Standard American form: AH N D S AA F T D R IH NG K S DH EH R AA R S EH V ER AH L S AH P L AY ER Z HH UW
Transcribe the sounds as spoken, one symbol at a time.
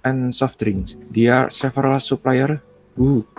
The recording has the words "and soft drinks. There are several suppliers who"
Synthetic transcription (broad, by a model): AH N S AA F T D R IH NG S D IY AA R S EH F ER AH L S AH P L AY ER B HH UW